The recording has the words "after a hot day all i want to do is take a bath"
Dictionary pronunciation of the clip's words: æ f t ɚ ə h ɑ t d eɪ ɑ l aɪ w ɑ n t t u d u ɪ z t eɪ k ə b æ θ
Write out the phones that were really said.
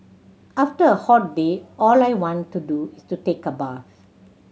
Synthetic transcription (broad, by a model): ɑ f t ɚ ə h ɑ t d eɪ ɑ l aɪ w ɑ n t t u d u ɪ s t eɪ k ə b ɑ f